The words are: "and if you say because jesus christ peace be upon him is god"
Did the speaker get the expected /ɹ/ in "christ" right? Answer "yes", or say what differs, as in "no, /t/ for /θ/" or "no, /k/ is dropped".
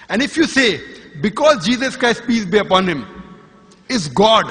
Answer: yes